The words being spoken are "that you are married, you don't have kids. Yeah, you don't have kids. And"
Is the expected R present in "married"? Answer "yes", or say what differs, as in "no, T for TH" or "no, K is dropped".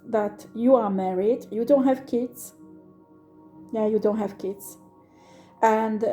yes